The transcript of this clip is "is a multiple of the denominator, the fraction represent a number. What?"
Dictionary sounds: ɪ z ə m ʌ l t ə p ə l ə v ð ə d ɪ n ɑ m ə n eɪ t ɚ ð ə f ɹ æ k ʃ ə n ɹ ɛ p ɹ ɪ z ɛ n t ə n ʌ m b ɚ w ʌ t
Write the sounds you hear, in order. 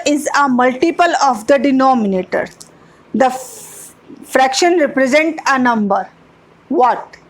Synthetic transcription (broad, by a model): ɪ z ə m ʌ l t ə p ə l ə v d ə d ɪ n ɑ m ə n eɪ t ɚ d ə f ɹ æ k ʃ ə n ɹ ɛ p ɹ ɪ z ɛ n t ə n ʌ m b ɚ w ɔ t